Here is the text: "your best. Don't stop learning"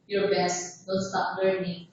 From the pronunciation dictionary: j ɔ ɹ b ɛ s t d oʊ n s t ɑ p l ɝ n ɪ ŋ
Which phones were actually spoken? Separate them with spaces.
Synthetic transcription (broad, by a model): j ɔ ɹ b ɛ s t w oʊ l s t ɑ p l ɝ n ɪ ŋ